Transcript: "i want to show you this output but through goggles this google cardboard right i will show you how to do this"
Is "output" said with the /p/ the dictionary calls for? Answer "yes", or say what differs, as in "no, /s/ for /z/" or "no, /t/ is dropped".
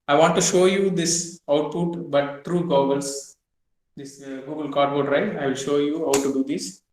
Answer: yes